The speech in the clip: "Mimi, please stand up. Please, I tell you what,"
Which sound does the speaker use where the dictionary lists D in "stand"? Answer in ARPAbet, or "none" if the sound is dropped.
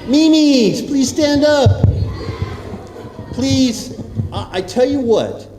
D